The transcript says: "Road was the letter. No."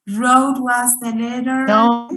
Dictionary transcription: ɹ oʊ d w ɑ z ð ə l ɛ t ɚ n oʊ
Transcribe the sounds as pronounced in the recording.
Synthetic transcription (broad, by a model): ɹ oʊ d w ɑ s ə n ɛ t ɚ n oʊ